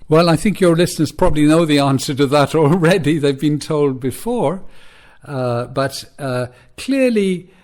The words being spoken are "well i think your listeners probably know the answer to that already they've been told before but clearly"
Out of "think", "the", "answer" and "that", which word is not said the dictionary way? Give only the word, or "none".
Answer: none